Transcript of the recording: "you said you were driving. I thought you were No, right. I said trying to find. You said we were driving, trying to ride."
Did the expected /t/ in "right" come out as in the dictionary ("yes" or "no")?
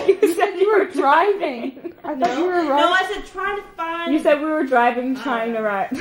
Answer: no